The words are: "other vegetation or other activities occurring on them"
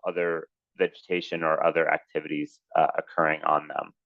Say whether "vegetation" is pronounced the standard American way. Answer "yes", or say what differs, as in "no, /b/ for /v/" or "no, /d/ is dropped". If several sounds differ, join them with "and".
yes